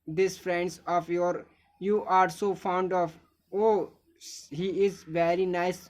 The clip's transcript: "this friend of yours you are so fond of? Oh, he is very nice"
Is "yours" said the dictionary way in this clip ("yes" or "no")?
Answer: no